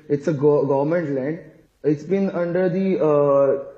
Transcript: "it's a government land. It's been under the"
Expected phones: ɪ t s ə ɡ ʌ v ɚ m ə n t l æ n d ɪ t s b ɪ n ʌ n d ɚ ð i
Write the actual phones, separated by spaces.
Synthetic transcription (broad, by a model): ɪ t s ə ɡ ʌ v ɚ m ə n t l æ n d ɪ t s b ɪ n ʌ n d ɚ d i